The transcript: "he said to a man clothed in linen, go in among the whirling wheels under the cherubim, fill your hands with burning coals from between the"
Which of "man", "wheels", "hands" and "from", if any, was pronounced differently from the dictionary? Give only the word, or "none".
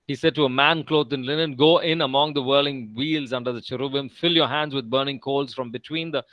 none